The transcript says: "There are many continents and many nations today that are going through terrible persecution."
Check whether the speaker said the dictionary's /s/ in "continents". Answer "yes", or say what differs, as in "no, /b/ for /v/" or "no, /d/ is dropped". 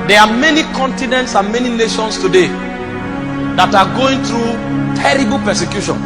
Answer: yes